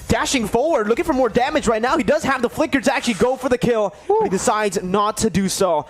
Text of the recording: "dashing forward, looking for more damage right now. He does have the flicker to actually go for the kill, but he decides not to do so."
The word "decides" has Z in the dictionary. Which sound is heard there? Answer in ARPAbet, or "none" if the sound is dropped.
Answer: Z